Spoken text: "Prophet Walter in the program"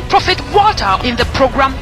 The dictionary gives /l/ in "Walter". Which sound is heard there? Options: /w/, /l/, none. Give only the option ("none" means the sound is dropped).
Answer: none